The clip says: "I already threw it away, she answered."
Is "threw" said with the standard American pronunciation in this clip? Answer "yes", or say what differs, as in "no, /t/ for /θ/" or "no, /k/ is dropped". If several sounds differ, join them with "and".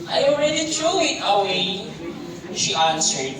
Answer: no, /t/ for /θ/